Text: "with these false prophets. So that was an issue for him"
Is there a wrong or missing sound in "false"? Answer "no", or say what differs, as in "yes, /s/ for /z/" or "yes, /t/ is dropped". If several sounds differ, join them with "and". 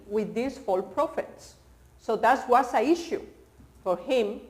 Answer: yes, /s/ is dropped